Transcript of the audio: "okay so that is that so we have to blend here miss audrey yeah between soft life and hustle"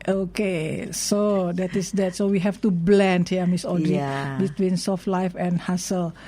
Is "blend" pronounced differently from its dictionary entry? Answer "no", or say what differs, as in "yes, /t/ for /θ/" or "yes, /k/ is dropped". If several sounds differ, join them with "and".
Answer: no